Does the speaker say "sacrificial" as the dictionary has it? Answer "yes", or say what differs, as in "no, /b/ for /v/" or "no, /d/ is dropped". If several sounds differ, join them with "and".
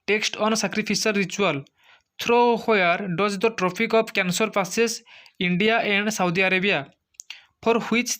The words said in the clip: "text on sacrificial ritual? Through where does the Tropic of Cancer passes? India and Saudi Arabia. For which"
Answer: no, /s/ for /ʃ/